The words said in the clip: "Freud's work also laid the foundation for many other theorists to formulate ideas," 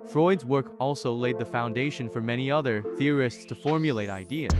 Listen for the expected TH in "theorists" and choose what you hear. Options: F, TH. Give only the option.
TH